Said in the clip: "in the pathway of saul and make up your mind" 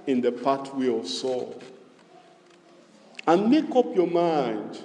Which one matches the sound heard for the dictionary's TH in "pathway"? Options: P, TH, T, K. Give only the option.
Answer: T